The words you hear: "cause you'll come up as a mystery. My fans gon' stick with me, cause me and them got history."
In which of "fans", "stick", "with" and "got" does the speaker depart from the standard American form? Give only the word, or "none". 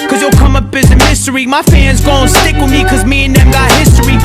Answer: none